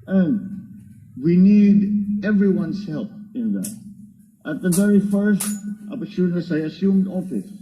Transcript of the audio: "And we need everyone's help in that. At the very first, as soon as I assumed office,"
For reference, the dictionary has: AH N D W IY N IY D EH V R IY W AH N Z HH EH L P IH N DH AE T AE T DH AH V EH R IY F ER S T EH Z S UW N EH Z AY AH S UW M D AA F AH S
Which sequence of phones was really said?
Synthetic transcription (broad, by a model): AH N D W IY N IY D EH V R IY W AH N S HH EH L P IH N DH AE T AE T DH AH V EH R IY F ER S T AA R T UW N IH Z AY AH S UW M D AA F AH S